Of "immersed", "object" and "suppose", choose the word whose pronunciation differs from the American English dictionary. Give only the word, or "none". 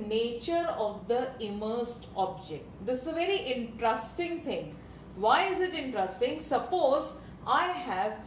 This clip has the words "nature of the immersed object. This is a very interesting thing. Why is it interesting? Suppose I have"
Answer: none